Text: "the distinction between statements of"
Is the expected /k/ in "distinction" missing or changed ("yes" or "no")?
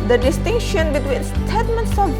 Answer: no